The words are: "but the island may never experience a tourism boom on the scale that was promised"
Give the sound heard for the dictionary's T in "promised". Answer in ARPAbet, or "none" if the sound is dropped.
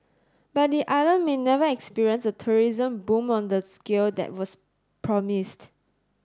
T